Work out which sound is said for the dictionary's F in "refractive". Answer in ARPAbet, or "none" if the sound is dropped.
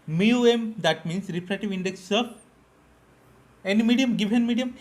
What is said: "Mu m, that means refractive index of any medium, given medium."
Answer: P